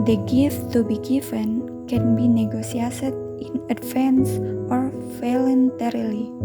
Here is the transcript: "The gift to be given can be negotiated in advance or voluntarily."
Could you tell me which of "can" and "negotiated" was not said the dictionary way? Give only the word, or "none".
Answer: negotiated